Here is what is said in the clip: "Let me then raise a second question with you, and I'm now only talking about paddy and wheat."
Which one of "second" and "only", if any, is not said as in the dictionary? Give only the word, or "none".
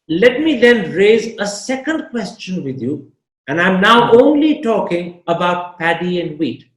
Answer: none